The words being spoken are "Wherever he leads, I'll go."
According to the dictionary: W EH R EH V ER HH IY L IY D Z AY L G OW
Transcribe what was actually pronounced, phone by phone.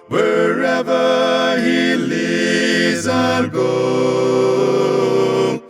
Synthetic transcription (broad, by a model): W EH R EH V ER HH IY L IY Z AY N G OW